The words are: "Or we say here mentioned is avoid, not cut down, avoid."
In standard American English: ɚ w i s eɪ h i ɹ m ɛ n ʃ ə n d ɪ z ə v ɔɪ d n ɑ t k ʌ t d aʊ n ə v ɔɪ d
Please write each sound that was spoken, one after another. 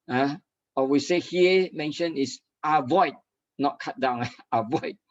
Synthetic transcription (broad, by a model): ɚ w i s eɪ h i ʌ m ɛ n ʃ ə n ɪ s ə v ɔɪ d n ɑ t k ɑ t d aʊ n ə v ɔɪ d